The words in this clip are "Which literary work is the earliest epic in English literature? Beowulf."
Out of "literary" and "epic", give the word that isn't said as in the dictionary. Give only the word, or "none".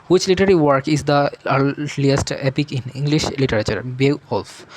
literary